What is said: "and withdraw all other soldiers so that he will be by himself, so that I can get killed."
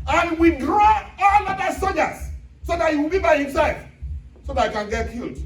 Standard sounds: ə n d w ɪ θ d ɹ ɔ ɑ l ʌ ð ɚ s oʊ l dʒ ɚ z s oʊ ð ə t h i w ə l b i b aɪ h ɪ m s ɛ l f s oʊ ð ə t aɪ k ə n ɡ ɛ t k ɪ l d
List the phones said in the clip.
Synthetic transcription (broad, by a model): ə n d w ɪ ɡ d ɹ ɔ ɑ l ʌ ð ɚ s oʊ dʒ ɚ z s oʊ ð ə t h i w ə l b i b aɪ h ɪ m s ɛ l f s oʊ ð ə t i k ə n ɡ ɛ t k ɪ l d